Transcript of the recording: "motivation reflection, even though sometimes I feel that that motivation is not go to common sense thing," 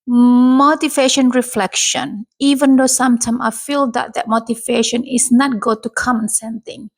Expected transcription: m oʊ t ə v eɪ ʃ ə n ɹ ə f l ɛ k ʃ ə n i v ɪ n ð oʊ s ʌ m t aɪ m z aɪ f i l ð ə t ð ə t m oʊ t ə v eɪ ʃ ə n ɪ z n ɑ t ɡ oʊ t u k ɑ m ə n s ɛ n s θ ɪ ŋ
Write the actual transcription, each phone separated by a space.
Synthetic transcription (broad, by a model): m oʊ t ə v eɪ ʃ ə n ɹ ə f l ɛ k ʃ ə n i v ɪ n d oʊ s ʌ m t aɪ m aɪ f i l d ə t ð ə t m oʊ t ə v eɪ ʃ ə n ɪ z n ɑ t ɡ oʊ t u k ɑ m ə n s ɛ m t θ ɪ ŋ